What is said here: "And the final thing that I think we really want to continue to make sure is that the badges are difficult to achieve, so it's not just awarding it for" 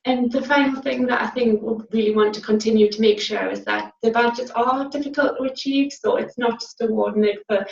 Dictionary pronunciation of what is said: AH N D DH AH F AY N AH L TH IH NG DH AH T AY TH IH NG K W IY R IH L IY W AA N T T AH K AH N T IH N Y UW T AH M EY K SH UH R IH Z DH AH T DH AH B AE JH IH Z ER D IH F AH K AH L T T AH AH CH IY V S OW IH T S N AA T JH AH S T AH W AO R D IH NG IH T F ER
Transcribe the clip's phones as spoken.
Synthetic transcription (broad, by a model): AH N DH AH F AY N L TH IH NG DH AH T AY TH IH NG K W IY R IH L IY W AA N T T AH K AH N T IH N Y UW T AH M EY K SH UH R IH Z DH AH T DH AH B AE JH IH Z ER D IH F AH K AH L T T AH AH CH IY V S OW IH T S N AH T JH AH S T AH W AO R D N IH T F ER